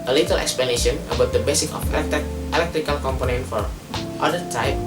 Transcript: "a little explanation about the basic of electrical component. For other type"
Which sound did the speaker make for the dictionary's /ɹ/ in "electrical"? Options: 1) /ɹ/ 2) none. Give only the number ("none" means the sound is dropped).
1